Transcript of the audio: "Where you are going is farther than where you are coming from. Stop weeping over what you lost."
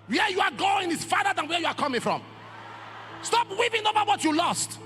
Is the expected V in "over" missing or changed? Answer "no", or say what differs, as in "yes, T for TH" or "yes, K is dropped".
yes, B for V